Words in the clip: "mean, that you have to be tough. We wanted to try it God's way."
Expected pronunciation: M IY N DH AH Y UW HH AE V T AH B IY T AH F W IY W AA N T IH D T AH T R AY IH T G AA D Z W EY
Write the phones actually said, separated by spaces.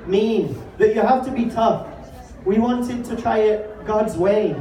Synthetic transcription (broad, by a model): M IY N DH AH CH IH HH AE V T AH B IY T AH F W IY W AA N T IH D T AH T R AY IH T G AA D Z W EY